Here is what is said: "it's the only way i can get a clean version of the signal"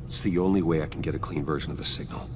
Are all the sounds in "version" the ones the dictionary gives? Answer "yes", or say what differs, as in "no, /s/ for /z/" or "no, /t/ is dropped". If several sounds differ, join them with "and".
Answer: yes